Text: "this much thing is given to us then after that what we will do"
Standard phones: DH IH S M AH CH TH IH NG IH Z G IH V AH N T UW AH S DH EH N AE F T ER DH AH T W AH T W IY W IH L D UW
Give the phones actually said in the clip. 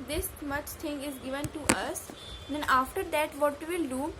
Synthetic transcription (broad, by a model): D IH S M AH CH T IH NG IH Z G IH V AH N T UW AH S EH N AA F T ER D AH T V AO T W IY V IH L D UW